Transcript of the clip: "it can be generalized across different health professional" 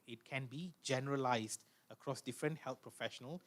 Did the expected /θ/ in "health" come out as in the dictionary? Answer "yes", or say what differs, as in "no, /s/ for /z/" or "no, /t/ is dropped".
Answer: no, /t/ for /θ/